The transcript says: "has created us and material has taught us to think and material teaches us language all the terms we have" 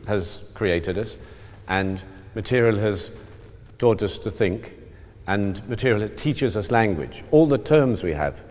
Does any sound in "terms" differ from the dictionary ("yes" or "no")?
no